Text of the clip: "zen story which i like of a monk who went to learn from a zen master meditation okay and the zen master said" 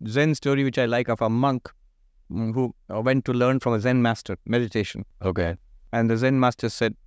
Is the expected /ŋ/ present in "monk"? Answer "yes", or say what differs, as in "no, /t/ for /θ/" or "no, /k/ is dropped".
yes